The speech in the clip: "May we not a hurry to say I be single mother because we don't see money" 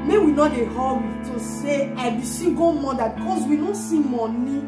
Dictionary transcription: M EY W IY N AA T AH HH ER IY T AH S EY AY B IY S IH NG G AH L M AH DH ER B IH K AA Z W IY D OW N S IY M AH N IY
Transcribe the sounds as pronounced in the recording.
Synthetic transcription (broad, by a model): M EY W IY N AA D AH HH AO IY T AH S EY AY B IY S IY G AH M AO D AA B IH K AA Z W IY D OW N S IY M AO N IY